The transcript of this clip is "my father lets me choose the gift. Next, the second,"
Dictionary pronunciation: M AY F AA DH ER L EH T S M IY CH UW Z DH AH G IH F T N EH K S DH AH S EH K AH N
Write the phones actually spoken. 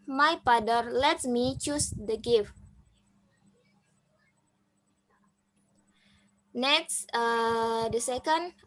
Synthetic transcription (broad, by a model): M AY P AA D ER L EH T M IY CH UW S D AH G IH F N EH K S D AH S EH K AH N